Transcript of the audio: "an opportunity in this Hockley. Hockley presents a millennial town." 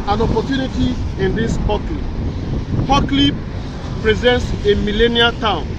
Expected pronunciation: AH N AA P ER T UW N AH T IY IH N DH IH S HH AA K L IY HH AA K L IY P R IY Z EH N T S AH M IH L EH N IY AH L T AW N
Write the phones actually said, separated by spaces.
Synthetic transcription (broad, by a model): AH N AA P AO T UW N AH T IY IH N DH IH S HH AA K L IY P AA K L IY P R IY Z EH N T S AH M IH L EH N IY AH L T AW N